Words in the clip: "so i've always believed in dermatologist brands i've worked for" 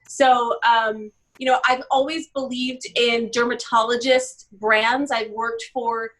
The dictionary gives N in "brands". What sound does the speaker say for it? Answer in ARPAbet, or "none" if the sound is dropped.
N